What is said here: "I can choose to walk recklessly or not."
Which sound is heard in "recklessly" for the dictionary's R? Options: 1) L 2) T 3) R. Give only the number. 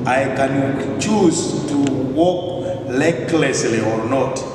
1